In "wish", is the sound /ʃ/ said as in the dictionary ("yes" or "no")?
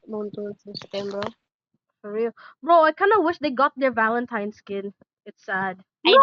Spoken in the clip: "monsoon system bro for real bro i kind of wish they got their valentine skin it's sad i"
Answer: yes